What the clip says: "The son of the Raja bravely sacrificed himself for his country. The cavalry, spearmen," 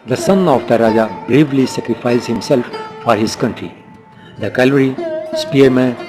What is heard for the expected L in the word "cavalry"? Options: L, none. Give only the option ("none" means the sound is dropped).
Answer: none